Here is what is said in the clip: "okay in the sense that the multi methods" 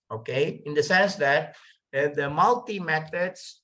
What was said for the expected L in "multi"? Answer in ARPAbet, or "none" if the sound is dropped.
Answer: L